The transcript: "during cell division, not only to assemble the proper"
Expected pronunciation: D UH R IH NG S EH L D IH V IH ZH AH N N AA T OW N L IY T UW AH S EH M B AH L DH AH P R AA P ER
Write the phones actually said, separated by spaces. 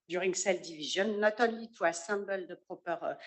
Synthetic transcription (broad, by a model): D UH R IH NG S EH L D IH V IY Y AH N N AA T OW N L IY T UW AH S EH B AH L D AH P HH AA P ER